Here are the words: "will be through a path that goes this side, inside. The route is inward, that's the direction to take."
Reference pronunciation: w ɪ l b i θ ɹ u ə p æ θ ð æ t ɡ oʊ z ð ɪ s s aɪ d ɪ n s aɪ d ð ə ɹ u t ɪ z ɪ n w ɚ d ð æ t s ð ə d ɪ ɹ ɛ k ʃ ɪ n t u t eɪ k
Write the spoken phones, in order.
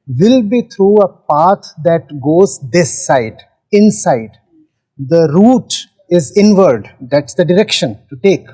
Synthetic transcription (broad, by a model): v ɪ l b i t ɹ u ə p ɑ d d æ t ɡ oʊ z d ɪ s s aɪ d ɪ n s aɪ d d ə ɹ u t ɪ z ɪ n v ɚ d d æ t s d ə d ɪ ɹ ɛ k ʃ ɪ n t u t eɪ k